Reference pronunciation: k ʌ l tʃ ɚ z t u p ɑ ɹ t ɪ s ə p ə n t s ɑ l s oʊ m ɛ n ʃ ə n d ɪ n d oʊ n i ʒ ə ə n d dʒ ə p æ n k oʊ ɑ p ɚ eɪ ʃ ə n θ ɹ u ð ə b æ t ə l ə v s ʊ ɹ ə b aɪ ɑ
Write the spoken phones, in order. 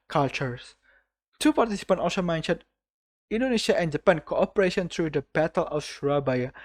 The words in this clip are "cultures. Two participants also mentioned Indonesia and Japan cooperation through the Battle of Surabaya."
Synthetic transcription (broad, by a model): k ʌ l tʃ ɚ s t u p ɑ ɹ t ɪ s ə p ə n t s ɑ l s oʊ m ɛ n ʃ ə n ɪ n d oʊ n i ʃ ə ə n d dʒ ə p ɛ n k oʊ ɑ p ɚ eɪ ʃ ə n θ ɹ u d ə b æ t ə l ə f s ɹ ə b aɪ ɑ